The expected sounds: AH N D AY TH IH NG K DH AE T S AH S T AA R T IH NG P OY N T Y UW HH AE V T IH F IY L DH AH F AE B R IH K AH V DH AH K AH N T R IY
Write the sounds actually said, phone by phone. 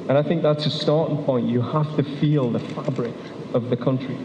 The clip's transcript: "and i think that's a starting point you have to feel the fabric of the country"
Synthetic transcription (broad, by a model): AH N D AY TH IH NG K DH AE T S AH S T AA R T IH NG P OY N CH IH HH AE F T IH F IY L DH AH F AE B R IH K AH V DH AH K AH N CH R IY